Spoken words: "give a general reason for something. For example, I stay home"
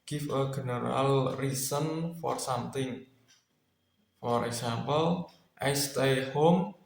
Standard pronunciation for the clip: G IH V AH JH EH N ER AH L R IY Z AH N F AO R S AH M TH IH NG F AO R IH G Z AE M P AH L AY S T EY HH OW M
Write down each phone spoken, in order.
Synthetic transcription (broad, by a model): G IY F AH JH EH N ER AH L R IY S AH N F AO R S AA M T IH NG F AO R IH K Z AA M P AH L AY S T EY HH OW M